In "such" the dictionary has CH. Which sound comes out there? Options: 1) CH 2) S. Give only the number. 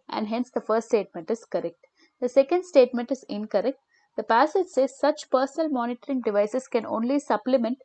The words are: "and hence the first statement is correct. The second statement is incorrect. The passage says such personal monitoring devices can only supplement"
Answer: 1